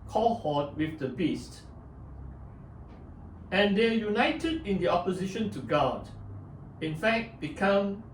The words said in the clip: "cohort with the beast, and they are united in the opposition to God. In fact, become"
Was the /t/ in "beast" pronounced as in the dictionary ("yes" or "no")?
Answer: yes